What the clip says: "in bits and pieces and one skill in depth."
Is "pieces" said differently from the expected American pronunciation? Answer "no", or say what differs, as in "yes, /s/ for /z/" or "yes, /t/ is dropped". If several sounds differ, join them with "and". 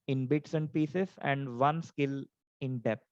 yes, /s/ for /z/